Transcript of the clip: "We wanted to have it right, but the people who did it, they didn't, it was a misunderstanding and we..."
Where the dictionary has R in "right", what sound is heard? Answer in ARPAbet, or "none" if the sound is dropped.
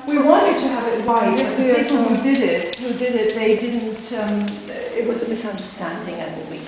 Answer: W